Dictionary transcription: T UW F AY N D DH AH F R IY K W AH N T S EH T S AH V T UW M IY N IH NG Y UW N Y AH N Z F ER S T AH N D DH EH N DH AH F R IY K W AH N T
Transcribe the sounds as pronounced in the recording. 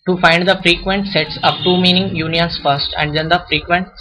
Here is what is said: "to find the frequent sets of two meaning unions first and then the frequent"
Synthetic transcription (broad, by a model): T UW F AY N D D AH F R IY K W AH N T S EH T S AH P T UW M IY N IH NG Y UW N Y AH N S F ER S T AH N D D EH N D AH F R IY K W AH N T